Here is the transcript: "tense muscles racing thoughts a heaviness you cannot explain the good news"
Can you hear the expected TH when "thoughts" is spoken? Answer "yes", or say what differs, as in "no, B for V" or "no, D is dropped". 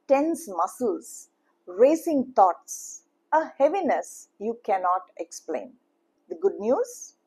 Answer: no, T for TH